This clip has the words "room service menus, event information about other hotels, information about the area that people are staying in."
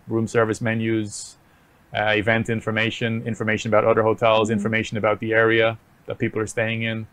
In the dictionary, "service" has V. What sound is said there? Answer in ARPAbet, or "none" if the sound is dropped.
V